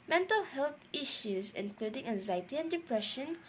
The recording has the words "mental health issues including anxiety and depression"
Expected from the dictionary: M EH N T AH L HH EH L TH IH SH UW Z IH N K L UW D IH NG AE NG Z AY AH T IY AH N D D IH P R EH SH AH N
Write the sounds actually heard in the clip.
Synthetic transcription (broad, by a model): M EH N T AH L HH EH L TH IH SH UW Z IH N K L UW D IH NG AE NG Z AY AH T IY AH N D D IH P R EH SH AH N